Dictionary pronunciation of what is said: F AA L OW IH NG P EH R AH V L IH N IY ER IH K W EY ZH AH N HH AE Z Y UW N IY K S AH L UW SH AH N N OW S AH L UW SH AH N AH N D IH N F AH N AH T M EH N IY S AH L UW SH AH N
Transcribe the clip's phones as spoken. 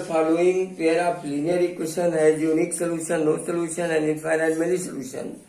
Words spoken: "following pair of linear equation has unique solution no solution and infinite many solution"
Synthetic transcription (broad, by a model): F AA L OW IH NG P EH R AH P L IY N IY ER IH K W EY SH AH N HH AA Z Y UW N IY K S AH L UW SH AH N N OW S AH L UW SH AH N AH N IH F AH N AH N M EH L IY S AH L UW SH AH N